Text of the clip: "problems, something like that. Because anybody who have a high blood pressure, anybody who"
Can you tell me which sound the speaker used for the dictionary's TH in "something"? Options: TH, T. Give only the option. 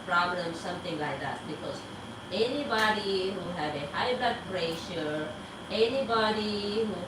T